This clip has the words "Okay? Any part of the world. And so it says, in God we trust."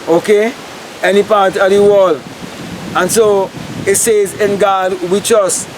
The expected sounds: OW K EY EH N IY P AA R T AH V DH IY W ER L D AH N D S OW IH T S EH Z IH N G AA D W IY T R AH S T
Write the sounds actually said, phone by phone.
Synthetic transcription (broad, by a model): OW K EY EH N IY P AA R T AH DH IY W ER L AH N S OW IH T S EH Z IH N G AA D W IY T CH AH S